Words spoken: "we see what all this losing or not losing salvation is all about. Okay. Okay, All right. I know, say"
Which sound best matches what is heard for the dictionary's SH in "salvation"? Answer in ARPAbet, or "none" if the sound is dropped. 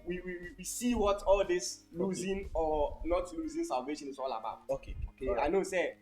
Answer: SH